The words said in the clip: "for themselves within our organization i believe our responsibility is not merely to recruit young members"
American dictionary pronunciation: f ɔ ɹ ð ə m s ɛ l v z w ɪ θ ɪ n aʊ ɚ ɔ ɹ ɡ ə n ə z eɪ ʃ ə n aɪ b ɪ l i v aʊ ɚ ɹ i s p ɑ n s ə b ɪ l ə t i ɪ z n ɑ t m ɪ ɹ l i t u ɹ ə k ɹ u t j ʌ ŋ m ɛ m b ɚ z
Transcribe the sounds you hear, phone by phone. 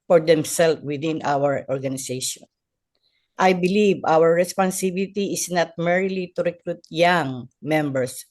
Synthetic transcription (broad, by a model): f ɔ ɹ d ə m s ɛ l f w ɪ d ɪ n aʊ ɚ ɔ ɹ ɡ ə n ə s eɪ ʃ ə n aɪ b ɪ l i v aʊ ɚ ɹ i s p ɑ n s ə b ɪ l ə t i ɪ s n ɑ t m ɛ ɹ l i t u ɹ ə k ɹ u t j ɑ ŋ m ɛ m b ɚ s